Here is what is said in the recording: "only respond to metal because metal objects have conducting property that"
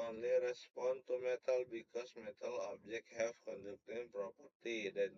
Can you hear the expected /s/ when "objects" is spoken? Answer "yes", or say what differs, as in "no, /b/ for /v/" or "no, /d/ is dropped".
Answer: no, /s/ is dropped